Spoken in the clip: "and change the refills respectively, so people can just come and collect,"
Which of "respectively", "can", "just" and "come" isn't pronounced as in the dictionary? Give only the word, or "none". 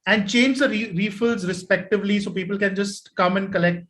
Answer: none